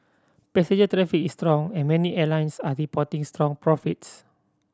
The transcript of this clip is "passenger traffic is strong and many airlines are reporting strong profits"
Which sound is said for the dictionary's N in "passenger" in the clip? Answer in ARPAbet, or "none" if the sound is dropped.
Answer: none